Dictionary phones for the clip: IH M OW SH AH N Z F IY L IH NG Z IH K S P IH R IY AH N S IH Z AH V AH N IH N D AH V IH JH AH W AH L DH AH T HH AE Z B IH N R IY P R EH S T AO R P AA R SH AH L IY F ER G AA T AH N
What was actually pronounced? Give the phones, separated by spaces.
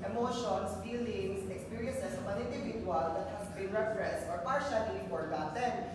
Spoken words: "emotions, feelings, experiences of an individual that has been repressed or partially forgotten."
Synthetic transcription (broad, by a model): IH M OW SH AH N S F IY L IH NG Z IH K S P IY R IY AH N S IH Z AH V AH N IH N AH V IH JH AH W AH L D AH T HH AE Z B IH N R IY F R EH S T AO R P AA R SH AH N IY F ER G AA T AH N